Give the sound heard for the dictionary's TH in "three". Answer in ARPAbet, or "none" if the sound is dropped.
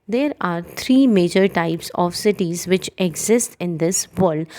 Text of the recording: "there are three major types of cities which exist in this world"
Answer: T